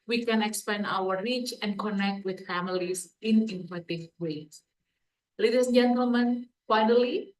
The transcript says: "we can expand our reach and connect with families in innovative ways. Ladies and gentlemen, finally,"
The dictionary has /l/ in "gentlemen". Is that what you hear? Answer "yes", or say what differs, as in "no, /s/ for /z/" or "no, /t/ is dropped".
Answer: yes